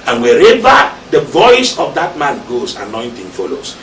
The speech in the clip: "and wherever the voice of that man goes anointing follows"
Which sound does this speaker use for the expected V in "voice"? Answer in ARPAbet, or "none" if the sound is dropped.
V